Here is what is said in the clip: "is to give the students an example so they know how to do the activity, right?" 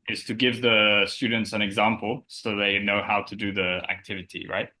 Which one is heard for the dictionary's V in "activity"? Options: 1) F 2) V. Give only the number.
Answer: 2